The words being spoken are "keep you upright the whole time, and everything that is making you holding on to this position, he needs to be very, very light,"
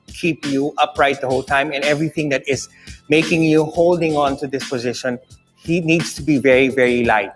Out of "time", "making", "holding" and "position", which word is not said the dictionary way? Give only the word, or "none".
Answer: none